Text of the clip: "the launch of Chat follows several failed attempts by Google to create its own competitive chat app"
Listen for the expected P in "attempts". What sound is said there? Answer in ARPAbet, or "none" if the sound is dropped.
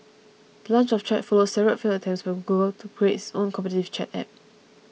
none